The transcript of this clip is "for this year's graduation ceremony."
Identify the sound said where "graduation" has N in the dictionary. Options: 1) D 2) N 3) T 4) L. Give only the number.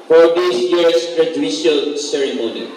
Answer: 4